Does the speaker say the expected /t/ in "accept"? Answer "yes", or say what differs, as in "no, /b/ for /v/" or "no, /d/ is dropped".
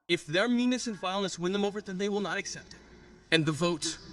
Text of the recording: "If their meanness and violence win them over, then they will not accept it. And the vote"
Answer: yes